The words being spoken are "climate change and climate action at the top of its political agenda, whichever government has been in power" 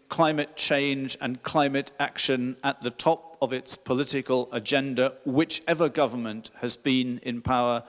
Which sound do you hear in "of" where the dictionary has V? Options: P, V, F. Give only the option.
V